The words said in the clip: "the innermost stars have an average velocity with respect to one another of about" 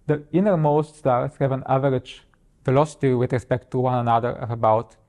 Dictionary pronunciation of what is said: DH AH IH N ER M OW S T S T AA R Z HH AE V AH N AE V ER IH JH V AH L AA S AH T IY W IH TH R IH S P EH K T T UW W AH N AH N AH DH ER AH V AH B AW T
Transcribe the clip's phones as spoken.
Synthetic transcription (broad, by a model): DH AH IH N ER M OW S T S T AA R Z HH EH V AH N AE V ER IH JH F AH L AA S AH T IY W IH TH R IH S P EH K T T UW W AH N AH N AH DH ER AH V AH B AW T